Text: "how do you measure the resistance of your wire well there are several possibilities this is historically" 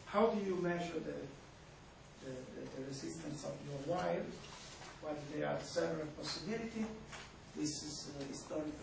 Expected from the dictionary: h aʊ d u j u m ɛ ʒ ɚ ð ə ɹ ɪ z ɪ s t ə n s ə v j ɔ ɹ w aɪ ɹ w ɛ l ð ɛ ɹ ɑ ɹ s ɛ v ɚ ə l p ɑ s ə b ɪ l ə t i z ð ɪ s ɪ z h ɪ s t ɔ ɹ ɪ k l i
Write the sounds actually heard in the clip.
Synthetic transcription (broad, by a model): h aʊ d u j u m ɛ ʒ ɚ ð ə ɹ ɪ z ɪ s t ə n s ə v j ɔ ɹ w aɪ l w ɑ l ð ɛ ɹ ɑ ɹ s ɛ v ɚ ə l p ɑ s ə b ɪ l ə t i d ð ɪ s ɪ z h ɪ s t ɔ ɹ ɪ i